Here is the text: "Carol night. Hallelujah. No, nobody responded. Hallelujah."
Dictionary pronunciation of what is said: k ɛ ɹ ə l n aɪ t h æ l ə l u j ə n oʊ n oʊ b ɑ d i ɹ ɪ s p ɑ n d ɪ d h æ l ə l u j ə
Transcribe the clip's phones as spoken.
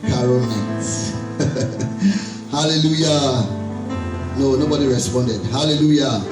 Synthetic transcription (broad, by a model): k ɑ ɹ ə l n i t h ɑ l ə l u j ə n oʊ n oʊ b ɑ d i ɹ ɪ s p ɑ n d ɪ d h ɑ l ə l u j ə